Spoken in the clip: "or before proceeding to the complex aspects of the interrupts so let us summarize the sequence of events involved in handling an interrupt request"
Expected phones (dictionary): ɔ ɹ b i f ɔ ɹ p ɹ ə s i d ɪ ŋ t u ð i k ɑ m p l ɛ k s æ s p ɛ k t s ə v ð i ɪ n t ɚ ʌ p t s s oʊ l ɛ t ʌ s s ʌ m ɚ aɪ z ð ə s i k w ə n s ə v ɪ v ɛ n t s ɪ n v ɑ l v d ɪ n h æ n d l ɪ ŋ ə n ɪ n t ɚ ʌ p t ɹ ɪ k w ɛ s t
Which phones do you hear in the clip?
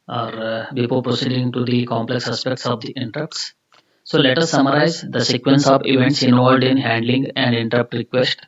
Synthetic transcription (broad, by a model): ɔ ɹ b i p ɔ l p ɹ ə s i d ɪ ŋ t u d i k ɑ m p l ɛ k s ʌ s p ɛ k t s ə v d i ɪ n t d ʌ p t s s oʊ l ɛ t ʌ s s ʌ m ɚ aɪ z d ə s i k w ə n s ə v ɪ v ɛ n t s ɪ n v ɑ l d ɪ n h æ n d l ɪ ŋ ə n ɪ n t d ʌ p t ɹ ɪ k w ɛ s t